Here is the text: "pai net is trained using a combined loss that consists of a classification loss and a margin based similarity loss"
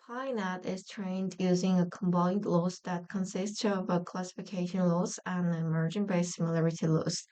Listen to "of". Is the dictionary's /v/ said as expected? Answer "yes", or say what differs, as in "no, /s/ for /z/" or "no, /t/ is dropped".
yes